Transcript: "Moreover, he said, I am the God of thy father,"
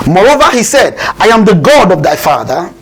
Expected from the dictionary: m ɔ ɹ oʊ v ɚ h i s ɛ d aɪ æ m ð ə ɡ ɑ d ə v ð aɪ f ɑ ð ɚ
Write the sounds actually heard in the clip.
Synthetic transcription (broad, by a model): m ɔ ɹ oʊ v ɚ h i s ɛ d aɪ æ m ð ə ɡ ɑ d ə v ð aɪ f ɑ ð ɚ